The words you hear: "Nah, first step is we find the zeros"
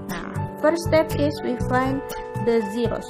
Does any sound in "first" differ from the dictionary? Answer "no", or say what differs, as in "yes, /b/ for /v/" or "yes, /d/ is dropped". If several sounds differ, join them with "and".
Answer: yes, /s/ is dropped